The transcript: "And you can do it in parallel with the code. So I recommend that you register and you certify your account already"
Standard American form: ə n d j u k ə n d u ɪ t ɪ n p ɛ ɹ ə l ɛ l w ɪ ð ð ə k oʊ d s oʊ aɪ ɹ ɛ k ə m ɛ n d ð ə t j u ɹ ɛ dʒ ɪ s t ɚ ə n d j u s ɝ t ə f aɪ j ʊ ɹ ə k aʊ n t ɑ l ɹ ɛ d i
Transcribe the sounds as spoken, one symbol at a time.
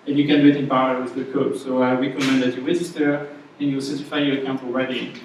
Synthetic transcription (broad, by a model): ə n j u k ə n d u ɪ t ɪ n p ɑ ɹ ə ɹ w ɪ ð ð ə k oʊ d s oʊ aɪ ɹ ɛ k ə m ɛ n d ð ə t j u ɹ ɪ z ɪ t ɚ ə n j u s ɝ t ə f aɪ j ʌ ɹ ə k aʊ n t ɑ l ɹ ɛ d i